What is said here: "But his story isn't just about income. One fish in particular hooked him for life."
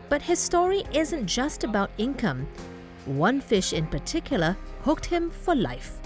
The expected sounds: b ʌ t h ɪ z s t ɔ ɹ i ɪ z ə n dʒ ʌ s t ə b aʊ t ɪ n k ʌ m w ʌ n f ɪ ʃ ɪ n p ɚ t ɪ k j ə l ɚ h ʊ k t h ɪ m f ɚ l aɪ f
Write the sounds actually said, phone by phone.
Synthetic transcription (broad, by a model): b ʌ t h ɪ z s t ɔ ɹ i ɪ z ə n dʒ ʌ s t ə b aʊ t ɪ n k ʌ m w ʌ n f ɪ ʃ ɪ n p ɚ t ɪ k j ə l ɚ h ʊ k t h ɪ m f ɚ l aɪ f